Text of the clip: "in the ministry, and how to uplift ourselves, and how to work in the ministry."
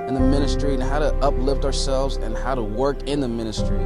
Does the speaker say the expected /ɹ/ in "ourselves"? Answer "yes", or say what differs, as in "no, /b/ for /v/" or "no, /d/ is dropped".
yes